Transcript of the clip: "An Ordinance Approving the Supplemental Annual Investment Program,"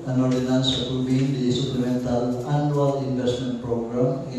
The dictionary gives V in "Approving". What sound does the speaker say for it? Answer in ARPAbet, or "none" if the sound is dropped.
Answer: B